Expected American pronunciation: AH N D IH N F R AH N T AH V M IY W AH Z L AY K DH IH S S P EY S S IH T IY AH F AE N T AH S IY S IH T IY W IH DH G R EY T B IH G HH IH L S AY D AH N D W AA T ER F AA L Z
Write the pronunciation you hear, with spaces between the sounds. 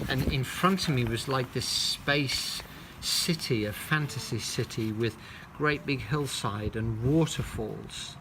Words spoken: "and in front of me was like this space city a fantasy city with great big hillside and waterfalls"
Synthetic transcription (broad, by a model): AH N IH N F R AH N T AH V M IY W AH Z L AY K DH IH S S P EY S S IH T IY AH F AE N T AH S IY S IH T IY W IH DH G R EY T B IH G HH IH L S AY D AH N W AA T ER F AA L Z